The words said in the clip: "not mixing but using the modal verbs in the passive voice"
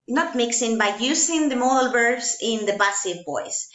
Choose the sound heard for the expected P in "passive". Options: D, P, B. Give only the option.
B